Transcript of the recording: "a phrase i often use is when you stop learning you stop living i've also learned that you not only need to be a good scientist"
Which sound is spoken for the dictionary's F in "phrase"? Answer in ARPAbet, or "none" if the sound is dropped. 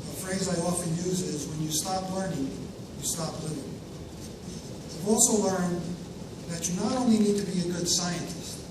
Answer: F